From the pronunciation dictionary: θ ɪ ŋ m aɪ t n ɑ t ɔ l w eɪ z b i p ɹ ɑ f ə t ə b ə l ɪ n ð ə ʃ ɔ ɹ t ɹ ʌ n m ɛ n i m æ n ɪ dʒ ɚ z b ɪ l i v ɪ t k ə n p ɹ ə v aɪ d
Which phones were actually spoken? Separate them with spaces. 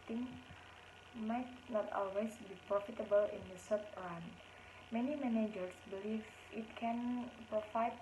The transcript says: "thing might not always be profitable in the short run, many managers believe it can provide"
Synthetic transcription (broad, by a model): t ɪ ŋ m aɪ t n ɑ t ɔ l w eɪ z b i p ɹ ɑ f ə t ə b ə l ɪ n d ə s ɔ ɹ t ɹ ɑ n m ɛ n i m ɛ n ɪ dʒ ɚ s b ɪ l i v ɪ t k ə n p ɹ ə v aɪ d